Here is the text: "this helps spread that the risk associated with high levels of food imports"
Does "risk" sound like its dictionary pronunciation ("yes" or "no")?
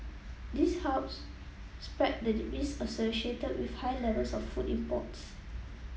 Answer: no